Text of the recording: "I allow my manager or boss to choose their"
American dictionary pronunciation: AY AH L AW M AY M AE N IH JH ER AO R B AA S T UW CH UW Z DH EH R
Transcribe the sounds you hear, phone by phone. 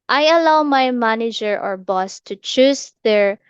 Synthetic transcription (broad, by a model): AY AH L AW M AY M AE N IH JH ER AO R B AA S T UW CH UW S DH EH R